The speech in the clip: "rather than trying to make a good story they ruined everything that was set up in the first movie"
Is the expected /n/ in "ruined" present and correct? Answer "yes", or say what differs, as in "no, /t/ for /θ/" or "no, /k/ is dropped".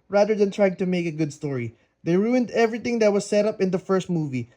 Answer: yes